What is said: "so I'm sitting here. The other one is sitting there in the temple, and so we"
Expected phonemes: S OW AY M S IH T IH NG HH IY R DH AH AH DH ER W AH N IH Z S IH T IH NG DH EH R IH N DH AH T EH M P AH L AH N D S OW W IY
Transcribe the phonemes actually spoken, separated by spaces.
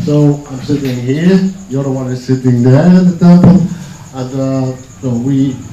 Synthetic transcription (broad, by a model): S OW AY M S IH T IH NG HH IY R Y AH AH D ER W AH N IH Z S IH T IH NG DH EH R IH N DH AH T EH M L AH N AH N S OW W IY